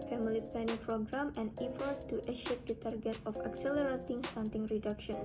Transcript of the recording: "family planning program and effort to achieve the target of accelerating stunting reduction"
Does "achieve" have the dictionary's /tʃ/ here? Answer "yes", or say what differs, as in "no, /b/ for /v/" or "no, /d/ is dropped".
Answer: no, /ʃ/ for /tʃ/